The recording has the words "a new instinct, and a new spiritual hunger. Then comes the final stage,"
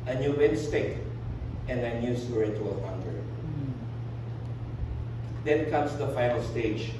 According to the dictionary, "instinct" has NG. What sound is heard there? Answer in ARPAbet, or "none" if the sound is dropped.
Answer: none